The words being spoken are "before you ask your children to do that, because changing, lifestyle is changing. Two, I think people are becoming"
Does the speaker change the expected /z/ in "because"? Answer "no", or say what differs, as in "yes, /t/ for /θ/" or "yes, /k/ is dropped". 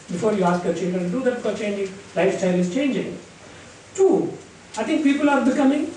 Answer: yes, /z/ is dropped